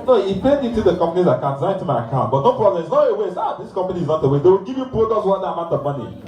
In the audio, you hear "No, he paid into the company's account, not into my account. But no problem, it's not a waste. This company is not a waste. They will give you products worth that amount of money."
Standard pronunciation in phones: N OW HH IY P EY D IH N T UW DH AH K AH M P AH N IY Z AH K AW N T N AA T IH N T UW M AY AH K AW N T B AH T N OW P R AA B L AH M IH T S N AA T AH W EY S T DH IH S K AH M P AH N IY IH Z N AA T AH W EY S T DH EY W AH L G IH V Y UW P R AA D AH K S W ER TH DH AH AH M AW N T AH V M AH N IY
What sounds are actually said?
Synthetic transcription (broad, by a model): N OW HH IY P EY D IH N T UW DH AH K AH M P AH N IY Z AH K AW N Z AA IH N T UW M AY AH K AW N T B AH T N OW P R AA B L AH M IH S N AA T AH W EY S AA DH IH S K AH M P AH N IY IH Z N AA T AH W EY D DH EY W AH L G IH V Y UW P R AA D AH S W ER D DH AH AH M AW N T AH M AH N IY